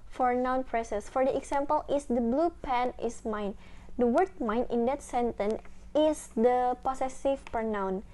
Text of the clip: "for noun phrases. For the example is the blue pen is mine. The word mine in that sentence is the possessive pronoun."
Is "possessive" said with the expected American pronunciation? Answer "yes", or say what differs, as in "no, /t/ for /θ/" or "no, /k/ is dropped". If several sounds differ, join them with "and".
no, /s/ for /z/